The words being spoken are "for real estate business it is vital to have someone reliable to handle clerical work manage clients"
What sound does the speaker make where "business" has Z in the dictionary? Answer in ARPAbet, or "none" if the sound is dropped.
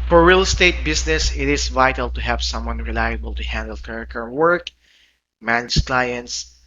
S